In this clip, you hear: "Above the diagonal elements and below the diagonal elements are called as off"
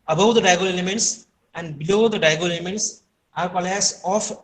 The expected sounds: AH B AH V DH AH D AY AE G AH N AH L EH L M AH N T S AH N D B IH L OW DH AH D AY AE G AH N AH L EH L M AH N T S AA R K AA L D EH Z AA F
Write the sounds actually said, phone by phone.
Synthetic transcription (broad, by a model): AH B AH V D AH D AY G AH L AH L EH M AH N T S AH N D B IH L OW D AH D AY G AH L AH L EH M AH N T S AA R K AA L EH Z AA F